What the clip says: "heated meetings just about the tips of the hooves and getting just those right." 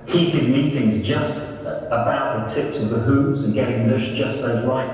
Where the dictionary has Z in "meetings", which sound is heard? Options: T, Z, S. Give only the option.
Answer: Z